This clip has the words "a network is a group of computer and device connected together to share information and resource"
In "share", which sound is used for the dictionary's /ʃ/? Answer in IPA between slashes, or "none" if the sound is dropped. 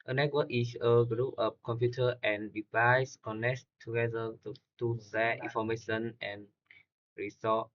/s/